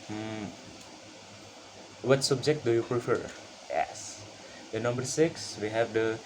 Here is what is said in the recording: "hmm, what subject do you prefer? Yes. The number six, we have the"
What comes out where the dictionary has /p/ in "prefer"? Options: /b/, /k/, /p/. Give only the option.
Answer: /p/